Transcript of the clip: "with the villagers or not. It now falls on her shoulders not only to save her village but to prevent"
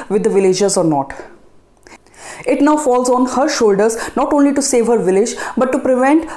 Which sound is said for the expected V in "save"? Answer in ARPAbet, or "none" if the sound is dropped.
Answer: V